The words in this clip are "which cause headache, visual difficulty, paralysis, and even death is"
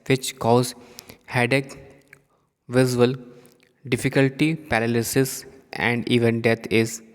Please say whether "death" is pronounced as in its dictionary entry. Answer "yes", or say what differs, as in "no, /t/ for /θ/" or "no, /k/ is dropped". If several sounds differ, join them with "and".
no, /t/ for /θ/